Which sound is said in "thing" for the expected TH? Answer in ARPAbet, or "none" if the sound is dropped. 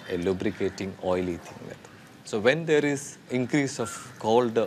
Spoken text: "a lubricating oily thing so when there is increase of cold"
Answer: T